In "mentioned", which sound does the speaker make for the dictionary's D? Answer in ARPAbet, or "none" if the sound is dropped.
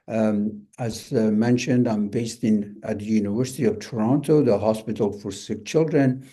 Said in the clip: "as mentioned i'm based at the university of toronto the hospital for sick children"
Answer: D